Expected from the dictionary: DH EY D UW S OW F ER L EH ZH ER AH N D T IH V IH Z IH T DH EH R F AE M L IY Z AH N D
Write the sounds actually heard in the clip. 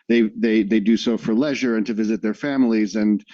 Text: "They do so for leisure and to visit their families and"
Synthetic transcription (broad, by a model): DH EY D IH S OW F ER L EH ZH ER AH N T IH V IH Z IH T DH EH R F AE M L IY Z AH N